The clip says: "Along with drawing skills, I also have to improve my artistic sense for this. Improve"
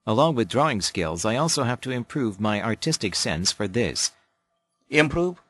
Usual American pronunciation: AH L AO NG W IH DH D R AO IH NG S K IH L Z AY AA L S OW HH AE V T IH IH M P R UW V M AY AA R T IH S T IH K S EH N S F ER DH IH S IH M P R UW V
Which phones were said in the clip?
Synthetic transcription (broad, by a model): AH L AO NG W IH DH D R AO IH NG S K IH L Z AY AA L S OW HH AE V T IH IH M P R UW V M AY AA R T IH S T IH K S EH N S F ER DH IH S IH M P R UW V